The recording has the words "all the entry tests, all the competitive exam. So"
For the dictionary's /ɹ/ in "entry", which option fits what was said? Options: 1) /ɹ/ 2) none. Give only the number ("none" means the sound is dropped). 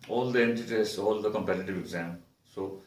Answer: 2